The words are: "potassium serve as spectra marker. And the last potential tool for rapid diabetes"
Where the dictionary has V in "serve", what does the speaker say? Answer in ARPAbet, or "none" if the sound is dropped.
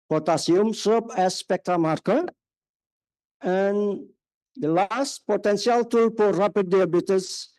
P